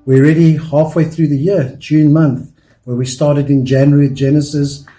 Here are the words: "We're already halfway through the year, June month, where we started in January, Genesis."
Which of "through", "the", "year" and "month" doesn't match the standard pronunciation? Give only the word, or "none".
none